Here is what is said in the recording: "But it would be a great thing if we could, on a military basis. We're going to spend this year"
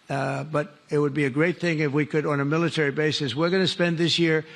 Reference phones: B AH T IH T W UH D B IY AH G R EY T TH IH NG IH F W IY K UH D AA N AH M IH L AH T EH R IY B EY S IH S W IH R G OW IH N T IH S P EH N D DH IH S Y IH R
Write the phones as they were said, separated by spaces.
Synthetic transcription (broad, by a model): B AH T IH T W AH D B IY AH G R EY T TH IH NG IH F W IY K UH D N AH M IH L AH T EH R IY B EY S IH S W IH R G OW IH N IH S P EH N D DH IH S Y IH R